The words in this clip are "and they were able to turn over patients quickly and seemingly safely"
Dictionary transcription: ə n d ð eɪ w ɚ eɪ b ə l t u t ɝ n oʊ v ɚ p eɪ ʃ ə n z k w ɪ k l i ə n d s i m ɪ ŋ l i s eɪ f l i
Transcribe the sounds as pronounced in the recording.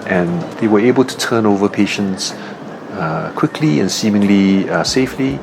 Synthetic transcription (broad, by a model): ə n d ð eɪ w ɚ eɪ b ə l t u t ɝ n oʊ v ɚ p eɪ ʃ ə n s k w ɪ k l i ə n s i m ɪ ŋ l i s eɪ f l i